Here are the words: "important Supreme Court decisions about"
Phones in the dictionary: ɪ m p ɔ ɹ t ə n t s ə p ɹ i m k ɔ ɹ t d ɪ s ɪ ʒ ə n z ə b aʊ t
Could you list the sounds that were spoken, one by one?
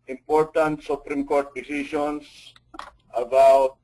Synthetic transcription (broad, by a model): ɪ m p ɔ ɹ t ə n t s ə p ɹ i m k ɔ ɹ t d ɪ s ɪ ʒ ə n s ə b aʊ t